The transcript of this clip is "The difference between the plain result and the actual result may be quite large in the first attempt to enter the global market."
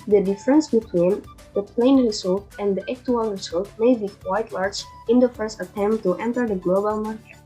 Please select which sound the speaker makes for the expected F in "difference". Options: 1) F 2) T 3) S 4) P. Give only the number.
1